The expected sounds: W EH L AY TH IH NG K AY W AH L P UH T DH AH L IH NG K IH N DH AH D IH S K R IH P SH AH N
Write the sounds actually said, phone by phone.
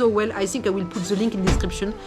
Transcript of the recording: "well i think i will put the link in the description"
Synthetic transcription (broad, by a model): W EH L AY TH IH NG K AY W AH L P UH T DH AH L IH NG K IH N D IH S K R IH P SH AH N